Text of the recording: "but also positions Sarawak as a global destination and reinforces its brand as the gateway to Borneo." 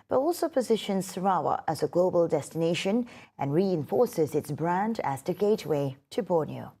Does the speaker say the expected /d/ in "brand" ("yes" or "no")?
yes